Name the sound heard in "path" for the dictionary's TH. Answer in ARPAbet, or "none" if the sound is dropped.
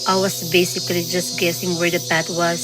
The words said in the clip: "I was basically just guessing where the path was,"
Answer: T